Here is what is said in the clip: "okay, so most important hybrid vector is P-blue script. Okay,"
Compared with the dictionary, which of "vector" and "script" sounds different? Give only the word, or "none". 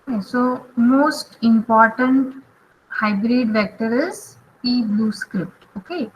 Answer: none